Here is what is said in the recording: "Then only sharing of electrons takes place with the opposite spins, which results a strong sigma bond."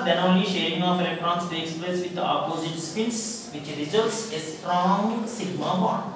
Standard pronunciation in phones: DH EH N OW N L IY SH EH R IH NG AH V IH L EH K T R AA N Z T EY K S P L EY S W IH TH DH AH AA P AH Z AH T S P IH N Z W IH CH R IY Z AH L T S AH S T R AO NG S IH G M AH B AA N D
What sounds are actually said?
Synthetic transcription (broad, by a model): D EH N OW N L IY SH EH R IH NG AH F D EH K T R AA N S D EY K S P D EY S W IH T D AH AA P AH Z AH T S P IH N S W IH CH R IY Z AH L T S AH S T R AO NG S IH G M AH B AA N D